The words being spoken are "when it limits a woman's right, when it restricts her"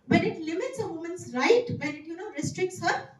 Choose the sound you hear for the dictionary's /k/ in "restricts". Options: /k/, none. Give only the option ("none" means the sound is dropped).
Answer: /k/